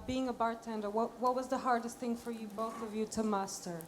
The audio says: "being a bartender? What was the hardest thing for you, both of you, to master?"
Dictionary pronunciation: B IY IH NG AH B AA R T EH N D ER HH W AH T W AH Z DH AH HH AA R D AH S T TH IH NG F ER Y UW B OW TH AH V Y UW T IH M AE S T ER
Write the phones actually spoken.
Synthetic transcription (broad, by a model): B IY IH NG AH B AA R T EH N D ER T W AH T W AH Z DH AH HH AA R D AH S T TH IH NG F ER Y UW B OW TH AH V Y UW T IH M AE S T ER